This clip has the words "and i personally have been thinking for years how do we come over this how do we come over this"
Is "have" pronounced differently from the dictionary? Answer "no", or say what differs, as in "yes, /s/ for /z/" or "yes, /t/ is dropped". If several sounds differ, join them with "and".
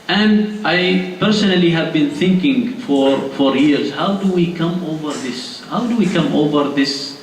no